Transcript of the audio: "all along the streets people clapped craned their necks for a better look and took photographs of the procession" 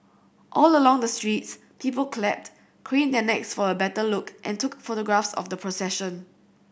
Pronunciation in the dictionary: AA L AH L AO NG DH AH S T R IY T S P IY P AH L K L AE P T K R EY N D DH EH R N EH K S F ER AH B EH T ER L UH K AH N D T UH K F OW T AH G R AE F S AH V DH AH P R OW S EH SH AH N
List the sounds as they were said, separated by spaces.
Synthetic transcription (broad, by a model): AA L AH L AO NG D AH S T R IY T S P IY P AH L K L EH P T K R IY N D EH N EH K S F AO AH B EH T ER L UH K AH N T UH K F OW T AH G R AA F S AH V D AH P R OW S EH SH AH N